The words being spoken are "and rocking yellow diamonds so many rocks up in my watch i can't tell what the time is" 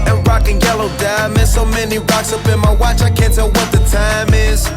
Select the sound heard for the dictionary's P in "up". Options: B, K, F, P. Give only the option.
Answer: B